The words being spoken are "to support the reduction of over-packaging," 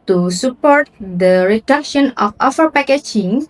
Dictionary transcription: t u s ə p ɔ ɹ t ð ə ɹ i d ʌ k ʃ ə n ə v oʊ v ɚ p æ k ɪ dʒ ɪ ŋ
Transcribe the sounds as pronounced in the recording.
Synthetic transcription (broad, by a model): t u s ə p ɔ ɹ t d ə ɹ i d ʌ k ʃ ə n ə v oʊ f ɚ p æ k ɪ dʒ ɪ ŋ